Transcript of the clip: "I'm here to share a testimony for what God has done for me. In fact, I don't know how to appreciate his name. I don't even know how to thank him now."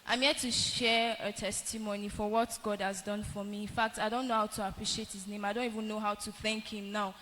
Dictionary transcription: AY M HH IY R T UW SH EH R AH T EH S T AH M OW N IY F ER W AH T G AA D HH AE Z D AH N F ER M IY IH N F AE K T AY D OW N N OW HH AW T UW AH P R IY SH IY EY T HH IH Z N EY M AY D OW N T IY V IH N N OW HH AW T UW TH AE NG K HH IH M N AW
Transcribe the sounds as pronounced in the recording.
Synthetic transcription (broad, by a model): AY M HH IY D T UW SH EH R AH T EH S T AH M OW N IY F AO W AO T G AA D HH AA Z D AH N F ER M IY IH N F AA K T AY D OW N N OW HH AW T UW AH P R IY SH IY EY T HH IH Z N EY M AY D OW N T IY V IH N N OW HH AW T UW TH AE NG K HH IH M N AW